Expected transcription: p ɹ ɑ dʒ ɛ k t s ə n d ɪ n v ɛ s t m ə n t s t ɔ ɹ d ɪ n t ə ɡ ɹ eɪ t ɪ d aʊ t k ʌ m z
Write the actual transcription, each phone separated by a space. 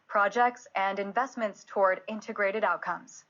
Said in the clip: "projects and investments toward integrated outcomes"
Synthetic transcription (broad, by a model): p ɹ ɑ dʒ ɛ k t s ə n d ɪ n v ɛ s t m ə n t s t ɔ ɹ d ɪ n t ə ɡ ɹ eɪ t ɪ d aʊ t k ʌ m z